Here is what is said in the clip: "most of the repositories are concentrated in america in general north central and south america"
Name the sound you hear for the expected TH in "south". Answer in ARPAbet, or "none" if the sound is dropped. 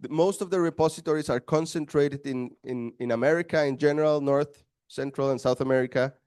TH